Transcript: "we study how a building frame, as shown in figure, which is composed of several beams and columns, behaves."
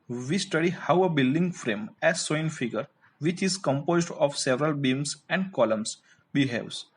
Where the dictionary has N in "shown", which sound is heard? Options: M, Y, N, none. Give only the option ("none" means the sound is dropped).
none